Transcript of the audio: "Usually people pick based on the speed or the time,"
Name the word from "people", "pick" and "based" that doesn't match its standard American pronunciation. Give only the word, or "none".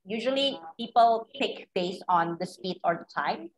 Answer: based